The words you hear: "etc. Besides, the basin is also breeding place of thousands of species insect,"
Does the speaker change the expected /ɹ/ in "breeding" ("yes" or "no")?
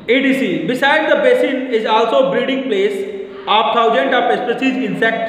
yes